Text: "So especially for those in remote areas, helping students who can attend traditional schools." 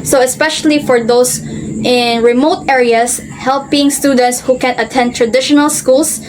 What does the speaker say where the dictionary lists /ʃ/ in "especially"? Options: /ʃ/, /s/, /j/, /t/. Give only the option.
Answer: /ʃ/